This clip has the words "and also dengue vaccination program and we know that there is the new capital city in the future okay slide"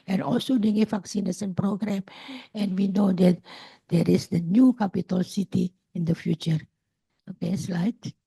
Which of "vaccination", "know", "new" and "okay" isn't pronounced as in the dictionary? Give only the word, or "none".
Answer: vaccination